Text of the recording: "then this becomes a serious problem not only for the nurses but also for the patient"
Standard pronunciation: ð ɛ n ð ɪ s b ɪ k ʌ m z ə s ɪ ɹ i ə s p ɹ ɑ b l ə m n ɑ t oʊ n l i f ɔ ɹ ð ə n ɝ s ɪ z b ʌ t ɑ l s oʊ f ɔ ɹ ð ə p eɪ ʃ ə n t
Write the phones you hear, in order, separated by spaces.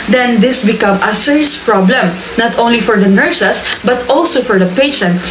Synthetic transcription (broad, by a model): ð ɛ n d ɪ s b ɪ k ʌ m ə s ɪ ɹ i s p ɹ ɑ b l ə m n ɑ t oʊ n l i f ɔ ɹ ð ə n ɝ s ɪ s b ʌ t ɑ l s oʊ f ɔ ɹ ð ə p eɪ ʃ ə n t